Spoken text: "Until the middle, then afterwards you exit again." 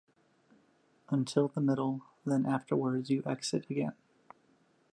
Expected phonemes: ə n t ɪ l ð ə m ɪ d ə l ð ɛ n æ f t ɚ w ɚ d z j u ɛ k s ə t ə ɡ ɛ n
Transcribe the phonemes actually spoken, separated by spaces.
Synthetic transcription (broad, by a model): ə n t ɪ l ð ə m ɪ d l ð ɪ n æ f t ɚ w ɚ d z j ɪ ɛ k s ə t ə ɡ ɛ n